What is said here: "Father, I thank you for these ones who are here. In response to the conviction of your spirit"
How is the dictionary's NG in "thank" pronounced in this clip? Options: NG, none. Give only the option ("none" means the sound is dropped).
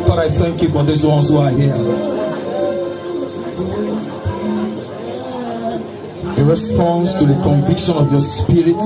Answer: NG